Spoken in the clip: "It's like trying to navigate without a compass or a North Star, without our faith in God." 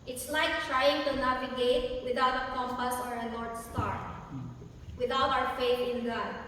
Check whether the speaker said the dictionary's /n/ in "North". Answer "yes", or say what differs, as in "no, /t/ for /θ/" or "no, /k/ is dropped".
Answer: no, /l/ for /n/